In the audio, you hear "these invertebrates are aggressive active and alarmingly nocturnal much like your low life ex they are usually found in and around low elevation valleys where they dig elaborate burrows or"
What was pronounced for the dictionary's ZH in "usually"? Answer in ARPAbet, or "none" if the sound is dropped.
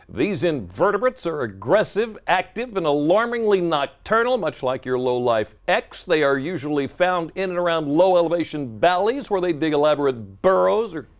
ZH